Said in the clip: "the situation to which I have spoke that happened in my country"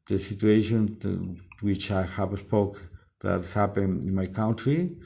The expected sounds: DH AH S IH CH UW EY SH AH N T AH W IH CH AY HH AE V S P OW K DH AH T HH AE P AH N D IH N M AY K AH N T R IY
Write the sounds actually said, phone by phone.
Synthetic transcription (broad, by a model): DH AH S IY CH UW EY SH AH N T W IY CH AY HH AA P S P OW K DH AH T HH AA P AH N IH N M AY K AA N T R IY